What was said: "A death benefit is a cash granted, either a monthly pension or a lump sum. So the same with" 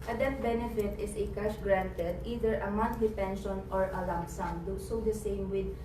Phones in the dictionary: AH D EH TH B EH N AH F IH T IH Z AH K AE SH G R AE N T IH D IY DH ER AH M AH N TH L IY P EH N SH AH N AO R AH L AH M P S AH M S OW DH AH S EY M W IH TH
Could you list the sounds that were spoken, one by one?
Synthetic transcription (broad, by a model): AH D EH T B EH N AH F IH T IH S AH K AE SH G R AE N T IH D IY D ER AH M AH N T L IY P EH N SH AH N AO R AH L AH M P S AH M S OW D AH S EY M W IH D